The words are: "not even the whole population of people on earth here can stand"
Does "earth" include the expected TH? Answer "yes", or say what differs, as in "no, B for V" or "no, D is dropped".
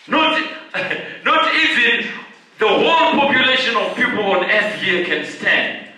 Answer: no, S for TH